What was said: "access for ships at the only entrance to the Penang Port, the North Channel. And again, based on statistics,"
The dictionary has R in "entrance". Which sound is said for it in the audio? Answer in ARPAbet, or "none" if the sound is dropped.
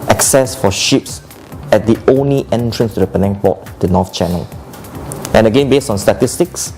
R